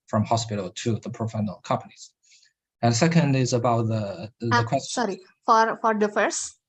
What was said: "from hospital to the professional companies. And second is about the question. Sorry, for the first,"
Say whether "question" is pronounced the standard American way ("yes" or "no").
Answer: no